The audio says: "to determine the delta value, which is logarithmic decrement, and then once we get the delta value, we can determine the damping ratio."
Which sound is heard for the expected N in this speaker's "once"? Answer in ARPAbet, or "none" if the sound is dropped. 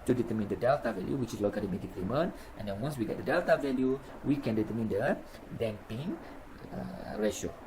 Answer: none